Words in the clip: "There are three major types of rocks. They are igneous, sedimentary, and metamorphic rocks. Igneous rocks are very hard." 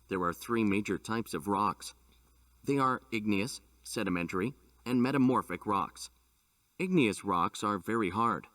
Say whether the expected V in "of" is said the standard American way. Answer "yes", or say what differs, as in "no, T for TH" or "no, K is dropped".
yes